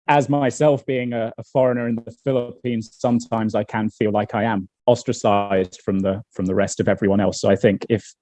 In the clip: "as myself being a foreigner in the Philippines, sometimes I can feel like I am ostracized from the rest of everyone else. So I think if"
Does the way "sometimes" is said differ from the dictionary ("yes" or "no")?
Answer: no